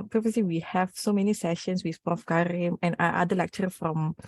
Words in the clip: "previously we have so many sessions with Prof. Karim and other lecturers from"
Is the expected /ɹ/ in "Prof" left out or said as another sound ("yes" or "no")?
yes